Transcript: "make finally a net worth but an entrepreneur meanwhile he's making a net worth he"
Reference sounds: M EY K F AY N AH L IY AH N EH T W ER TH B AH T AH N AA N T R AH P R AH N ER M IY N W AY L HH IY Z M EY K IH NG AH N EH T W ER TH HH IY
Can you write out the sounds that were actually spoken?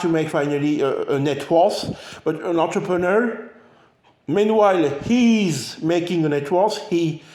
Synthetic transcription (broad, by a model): M EY K F AY N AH L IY AH N EH T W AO S B AH T AH N AA N T R AH P R AH N ER M IY N W AY L HH IY Z M EY K IH NG AH N EH T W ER S HH IY